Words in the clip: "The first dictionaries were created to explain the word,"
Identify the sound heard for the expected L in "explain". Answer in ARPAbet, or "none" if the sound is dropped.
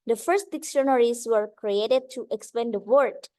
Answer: none